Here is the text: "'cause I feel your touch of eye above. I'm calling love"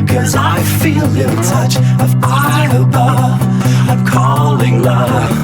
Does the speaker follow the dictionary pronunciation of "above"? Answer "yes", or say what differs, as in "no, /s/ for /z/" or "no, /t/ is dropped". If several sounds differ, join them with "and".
no, /v/ is dropped